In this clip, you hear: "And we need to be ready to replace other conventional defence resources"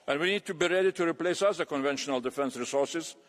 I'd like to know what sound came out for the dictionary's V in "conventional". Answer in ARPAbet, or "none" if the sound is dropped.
V